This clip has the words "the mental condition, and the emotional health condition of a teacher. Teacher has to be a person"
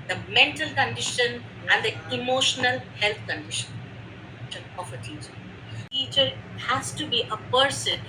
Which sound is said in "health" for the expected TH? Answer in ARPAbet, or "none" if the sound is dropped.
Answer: T